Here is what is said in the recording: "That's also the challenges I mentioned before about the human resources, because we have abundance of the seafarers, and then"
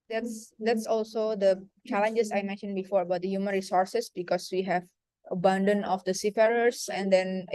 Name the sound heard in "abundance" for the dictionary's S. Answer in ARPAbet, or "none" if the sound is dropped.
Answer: none